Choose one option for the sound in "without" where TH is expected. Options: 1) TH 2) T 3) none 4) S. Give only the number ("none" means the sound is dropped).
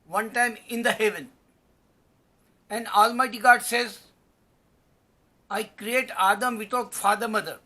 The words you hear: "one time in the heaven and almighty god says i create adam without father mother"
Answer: 2